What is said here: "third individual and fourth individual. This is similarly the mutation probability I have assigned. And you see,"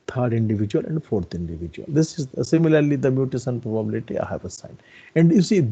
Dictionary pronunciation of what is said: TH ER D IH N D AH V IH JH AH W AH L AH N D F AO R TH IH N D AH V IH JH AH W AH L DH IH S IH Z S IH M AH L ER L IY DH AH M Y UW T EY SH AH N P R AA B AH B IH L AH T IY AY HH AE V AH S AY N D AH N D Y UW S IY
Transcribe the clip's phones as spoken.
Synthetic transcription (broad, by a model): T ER D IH N D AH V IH JH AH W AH L AH N D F AO R T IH N D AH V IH JH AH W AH L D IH S IH Z S IH M AH L ER L IY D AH M Y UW T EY S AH N P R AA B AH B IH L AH T IY AY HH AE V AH S AY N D AH N D Y UW S IY